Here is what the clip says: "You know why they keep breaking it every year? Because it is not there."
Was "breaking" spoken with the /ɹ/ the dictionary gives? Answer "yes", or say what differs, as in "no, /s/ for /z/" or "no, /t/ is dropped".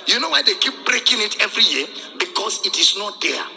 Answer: yes